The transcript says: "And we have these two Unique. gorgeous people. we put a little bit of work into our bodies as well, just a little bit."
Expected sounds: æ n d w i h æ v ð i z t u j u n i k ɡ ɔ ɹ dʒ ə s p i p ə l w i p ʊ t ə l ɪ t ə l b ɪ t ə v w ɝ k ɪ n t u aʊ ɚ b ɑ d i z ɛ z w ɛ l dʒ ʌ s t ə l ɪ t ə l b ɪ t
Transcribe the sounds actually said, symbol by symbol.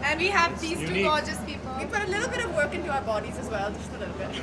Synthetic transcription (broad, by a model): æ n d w i h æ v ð i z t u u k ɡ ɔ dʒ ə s p i p ə l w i p ʊ t ə l ɪ t l b ɪ t ə v w ɝ k ɪ n t u aʊ ɚ b ɑ d i z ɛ z w ɛ l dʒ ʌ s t ə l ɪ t l b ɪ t